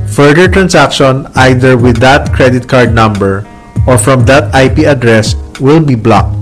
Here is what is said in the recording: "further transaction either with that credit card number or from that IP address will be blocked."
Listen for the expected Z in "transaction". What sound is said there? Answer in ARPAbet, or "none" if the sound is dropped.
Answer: S